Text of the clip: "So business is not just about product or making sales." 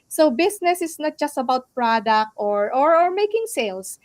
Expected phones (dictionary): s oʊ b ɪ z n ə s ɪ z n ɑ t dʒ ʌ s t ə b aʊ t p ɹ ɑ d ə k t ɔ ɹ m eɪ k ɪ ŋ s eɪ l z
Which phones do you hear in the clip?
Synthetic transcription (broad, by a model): s oʊ b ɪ s n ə s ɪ s n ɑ t dʒ ʌ s t ə b aʊ t p ɹ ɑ d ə k t ɔ ɹ m eɪ k ɪ ŋ s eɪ l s